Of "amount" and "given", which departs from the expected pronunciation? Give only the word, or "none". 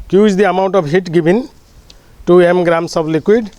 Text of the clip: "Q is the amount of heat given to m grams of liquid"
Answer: given